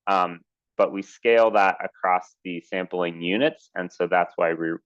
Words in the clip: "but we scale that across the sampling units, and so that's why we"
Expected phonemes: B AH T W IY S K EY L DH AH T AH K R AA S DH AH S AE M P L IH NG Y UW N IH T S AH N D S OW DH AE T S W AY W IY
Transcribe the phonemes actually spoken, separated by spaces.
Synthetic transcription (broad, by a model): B AH T W IY S K EY L DH AH T AH K R AA S DH AH S AE M P L IH NG Y UW N IH T S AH N S OW DH AE T S W AY W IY